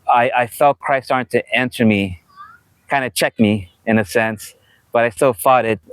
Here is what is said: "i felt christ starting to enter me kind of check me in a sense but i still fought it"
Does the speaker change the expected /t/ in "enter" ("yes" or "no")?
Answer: yes